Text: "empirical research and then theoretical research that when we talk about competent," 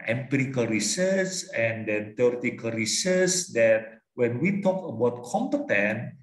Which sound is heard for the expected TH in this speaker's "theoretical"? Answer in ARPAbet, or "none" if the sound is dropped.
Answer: T